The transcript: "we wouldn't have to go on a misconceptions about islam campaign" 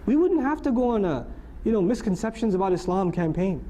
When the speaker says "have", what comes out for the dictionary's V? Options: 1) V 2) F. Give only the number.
2